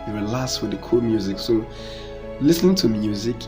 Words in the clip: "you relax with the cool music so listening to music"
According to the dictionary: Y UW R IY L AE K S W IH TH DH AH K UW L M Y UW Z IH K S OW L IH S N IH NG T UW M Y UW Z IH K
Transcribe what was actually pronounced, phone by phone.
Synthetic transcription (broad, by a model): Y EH W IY L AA S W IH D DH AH K UW L M Y UW Z IH K S OW L IH S N IH NG T UW M Y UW Z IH K